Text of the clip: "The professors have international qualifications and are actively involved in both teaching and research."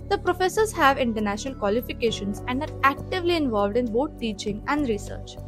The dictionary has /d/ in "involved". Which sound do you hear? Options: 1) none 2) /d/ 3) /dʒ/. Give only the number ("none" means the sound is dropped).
2